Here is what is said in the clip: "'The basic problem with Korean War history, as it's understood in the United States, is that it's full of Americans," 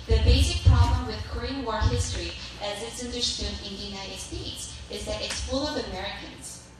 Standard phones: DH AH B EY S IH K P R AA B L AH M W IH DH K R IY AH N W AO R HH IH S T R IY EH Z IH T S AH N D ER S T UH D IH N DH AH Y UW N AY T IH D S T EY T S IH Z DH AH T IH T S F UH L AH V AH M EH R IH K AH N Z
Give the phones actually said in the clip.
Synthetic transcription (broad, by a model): DH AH B EY S IH K P R AA B L AH M W IH DH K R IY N W AO R HH IH S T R IY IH Z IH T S AH N D ER S T UH D IH N DH AH Y UW N AY T IH D S T EY T S IH Z DH AH T IH T S F UH L AH V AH M EH R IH K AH N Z